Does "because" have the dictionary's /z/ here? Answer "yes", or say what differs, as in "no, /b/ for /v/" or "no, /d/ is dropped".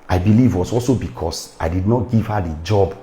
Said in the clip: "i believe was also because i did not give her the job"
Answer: no, /s/ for /z/